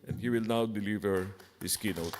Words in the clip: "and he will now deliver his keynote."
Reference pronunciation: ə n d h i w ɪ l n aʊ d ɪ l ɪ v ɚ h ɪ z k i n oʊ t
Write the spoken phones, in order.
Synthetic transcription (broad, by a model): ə n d h i w ɪ l n aʊ d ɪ l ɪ v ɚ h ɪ s k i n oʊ t